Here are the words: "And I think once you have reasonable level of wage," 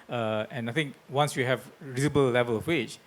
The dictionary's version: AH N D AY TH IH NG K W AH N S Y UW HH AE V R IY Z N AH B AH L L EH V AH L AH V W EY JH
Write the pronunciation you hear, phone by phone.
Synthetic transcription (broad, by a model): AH N AY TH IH NG K W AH N S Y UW HH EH V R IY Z AH B AH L L EH V AH L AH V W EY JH